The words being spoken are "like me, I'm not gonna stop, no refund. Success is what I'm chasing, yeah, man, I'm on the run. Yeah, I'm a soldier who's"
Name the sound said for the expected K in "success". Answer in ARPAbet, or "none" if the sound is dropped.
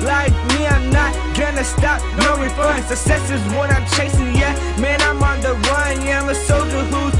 none